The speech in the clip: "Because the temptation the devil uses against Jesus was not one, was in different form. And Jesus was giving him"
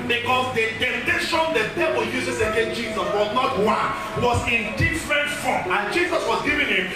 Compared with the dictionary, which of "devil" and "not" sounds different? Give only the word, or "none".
devil